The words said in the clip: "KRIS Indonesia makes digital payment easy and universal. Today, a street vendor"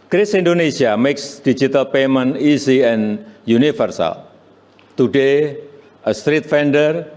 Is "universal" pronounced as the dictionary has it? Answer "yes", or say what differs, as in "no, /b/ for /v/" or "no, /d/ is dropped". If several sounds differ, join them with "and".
no, /f/ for /v/